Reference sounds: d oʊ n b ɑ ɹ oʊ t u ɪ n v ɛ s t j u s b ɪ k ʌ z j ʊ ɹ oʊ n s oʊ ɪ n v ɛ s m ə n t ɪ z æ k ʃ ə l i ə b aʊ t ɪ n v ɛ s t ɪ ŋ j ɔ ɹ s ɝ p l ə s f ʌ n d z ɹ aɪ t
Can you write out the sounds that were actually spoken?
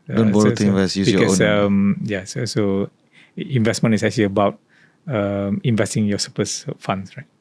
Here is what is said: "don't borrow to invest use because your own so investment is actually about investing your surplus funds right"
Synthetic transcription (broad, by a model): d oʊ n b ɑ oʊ t u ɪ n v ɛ s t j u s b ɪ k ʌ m j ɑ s oʊ s oʊ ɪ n v ɛ s m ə n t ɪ s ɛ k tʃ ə l i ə b aʊ t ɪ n v ɛ s t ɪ ŋ j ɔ s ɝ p ə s f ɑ n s ɹ aɪ t